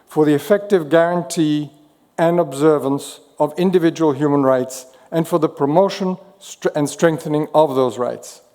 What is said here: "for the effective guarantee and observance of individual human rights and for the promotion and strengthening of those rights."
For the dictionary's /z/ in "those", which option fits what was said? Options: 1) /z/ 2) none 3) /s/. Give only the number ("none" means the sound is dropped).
1